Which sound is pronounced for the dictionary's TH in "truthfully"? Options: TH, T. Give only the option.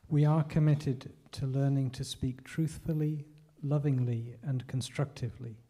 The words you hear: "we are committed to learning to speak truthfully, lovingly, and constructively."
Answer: TH